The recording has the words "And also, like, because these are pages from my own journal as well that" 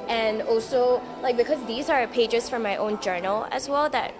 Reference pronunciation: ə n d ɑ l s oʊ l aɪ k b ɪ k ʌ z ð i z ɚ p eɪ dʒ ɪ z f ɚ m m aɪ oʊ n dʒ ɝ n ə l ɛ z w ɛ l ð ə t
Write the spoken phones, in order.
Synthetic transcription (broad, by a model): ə n ɑ l s oʊ l aɪ k b ɪ k ʌ z ð i z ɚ p eɪ dʒ ɪ z f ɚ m m aɪ oʊ n dʒ ɝ n l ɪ z w ɛ l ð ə t